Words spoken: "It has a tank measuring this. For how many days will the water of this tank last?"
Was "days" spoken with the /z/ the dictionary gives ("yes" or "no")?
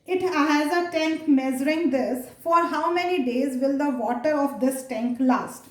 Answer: yes